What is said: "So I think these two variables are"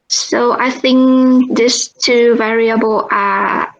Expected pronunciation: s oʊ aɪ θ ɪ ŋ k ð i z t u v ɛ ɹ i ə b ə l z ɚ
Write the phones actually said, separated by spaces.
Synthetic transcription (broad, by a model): s oʊ aɪ θ ɪ ŋ k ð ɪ s t u v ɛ ɹ i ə b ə l ɚ